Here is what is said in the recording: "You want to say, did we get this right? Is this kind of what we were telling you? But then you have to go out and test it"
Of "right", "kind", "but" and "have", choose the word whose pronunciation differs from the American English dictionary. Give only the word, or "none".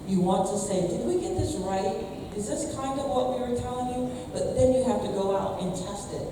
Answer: have